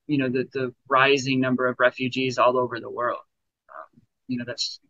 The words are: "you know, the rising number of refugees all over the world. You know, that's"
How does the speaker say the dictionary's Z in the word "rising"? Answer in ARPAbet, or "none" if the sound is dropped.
Z